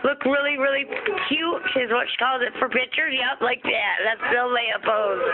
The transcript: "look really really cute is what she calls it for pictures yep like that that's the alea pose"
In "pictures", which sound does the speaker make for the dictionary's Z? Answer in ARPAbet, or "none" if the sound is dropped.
none